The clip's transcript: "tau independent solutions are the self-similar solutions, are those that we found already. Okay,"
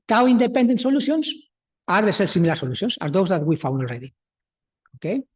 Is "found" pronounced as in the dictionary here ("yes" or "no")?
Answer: no